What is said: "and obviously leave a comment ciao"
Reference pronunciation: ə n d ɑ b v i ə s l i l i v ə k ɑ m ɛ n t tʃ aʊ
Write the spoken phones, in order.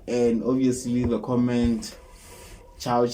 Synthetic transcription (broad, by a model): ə n d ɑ v i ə s l i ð ə k ɑ m ɛ n t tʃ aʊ